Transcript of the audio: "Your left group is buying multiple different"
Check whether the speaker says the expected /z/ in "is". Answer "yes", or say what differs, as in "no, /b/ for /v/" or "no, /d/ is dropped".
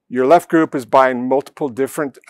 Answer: yes